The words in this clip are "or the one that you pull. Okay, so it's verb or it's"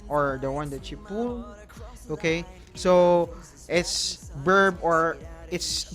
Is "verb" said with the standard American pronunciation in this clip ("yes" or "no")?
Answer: no